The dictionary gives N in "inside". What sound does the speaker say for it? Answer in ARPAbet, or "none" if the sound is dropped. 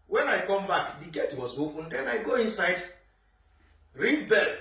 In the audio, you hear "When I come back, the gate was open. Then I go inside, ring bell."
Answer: N